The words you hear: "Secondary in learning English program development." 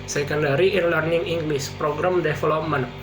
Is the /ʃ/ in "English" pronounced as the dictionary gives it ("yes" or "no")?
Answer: no